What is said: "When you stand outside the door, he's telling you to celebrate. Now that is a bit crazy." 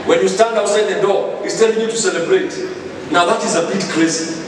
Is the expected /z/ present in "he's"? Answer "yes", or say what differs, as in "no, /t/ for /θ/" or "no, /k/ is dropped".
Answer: no, /s/ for /z/